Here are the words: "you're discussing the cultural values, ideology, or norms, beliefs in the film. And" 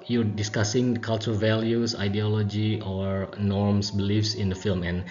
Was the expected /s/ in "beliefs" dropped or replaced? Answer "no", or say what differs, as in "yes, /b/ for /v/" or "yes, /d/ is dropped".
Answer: no